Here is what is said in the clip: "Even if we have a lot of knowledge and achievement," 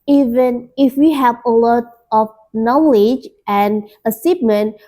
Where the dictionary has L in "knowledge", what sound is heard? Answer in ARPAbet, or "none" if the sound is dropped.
L